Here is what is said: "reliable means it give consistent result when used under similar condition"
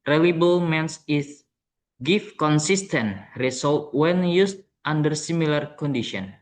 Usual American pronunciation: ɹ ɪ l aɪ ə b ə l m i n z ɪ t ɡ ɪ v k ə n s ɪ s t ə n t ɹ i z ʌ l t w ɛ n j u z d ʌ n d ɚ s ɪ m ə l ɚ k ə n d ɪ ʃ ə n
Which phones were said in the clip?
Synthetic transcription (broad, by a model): ɹ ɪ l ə b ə l m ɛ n s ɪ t ɡ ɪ f k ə n s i s t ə n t ɹ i s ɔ l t w ɛ n j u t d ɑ n d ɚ s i m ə l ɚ k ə n d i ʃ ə n